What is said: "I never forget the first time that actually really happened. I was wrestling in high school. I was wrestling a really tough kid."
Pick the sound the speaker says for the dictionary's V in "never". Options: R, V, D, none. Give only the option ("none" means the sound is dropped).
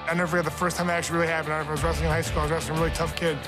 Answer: none